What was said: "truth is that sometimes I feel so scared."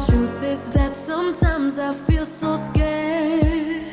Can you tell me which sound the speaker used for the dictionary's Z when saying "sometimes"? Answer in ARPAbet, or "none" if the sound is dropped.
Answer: Z